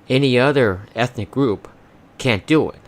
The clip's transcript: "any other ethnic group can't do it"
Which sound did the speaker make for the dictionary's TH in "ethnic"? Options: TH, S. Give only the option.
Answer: TH